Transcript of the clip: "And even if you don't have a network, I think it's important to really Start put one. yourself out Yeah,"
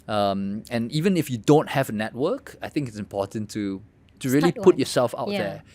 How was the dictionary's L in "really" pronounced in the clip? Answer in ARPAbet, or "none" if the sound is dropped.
none